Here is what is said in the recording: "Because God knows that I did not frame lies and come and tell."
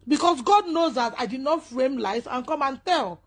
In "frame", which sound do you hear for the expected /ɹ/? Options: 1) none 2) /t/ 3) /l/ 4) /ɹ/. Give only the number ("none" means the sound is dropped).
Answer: 4